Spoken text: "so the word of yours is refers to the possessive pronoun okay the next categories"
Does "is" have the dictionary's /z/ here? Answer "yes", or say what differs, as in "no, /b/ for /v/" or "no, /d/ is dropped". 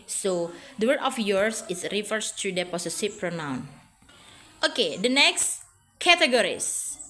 no, /s/ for /z/